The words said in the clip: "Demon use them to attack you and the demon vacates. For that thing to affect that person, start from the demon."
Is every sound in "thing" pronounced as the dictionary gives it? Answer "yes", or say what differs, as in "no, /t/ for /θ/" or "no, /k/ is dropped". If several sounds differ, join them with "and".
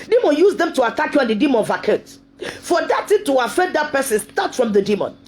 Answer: no, /t/ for /θ/